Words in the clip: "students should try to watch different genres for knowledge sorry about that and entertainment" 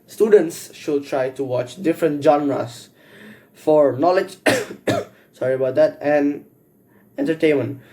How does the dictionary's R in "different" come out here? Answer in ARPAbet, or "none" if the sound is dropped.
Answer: R